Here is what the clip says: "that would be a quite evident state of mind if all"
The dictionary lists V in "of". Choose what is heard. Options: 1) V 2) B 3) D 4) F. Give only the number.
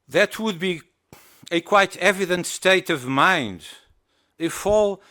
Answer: 1